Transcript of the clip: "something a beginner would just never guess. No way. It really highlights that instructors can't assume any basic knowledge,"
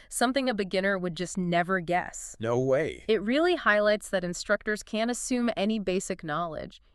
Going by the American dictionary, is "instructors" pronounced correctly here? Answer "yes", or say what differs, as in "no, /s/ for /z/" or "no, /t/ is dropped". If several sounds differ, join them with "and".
yes